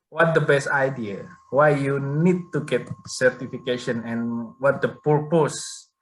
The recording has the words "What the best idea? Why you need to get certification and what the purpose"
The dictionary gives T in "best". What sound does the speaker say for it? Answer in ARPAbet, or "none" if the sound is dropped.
T